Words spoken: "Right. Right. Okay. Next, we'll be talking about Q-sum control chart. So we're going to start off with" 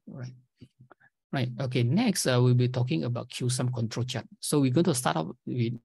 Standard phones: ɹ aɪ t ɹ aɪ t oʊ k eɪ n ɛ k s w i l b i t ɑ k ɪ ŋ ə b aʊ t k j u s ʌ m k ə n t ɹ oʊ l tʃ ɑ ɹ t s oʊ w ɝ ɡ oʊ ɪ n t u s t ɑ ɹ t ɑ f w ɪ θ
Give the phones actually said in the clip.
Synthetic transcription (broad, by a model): ɹ aɪ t ɹ aɪ t oʊ k eɪ n ɛ k s w i l b i t ɑ k ɪ ŋ ə b aʊ t k j u s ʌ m k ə n t ɹ oʊ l tʃ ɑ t s oʊ w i ɡ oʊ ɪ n t u s t ɑ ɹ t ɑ p w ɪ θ